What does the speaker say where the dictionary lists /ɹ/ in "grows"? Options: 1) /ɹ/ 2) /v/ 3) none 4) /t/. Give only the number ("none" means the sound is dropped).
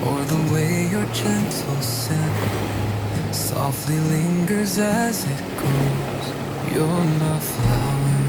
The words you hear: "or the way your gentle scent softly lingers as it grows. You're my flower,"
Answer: 3